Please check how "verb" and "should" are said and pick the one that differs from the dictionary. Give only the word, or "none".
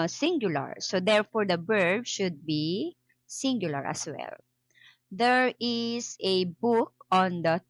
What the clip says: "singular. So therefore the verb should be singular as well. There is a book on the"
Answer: verb